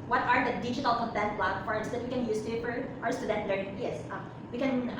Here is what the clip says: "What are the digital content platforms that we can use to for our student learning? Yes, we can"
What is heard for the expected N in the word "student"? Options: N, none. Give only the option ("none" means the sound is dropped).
N